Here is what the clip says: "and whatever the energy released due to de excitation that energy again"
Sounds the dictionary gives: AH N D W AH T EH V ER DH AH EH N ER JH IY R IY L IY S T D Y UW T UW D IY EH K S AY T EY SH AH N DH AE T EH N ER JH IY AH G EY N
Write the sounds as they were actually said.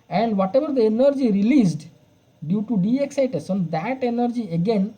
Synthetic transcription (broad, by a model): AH N D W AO T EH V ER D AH EH N ER JH IY R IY L IY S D D Y UW T UW D IY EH K S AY T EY S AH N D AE T EH N ER JH IY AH G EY N